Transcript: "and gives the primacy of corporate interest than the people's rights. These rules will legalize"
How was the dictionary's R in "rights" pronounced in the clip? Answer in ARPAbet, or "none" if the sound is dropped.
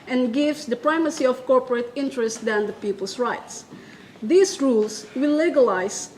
R